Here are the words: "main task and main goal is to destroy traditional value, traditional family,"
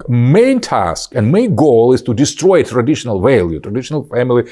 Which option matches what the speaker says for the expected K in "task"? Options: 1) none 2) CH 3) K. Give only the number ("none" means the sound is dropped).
3